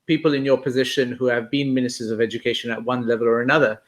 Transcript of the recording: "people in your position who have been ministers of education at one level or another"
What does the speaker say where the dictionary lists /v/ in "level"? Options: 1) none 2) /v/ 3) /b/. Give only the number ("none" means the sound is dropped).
2